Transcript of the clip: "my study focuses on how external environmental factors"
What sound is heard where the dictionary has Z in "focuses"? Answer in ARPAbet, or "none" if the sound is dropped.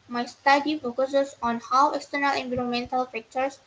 S